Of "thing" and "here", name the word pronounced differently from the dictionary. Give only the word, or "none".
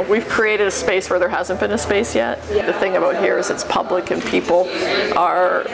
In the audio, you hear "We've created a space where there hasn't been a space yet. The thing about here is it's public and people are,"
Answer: none